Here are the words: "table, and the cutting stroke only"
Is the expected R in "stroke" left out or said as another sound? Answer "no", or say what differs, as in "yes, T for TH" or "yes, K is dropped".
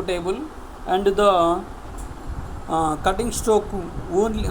yes, R is dropped